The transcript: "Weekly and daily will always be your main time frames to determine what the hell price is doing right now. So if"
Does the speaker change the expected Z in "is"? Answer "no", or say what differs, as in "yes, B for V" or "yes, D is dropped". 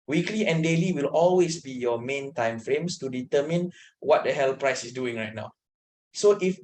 yes, S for Z